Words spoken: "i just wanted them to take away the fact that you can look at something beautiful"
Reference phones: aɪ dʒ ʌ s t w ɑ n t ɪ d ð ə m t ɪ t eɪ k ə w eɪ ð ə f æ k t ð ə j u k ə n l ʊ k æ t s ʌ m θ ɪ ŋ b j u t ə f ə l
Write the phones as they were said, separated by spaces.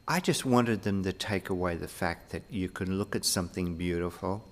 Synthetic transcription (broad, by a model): aɪ dʒ ʌ s t w ɑ n t ɪ d ð ə m t ɪ t eɪ k ə w eɪ ð ə f æ k t ð ə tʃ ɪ k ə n l ʊ k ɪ t s ʌ m θ ɪ ŋ b j u t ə f l